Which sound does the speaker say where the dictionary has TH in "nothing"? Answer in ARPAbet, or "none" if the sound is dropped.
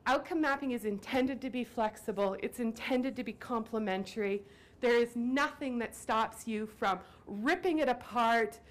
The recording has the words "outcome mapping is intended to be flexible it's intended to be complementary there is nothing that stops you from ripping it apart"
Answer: TH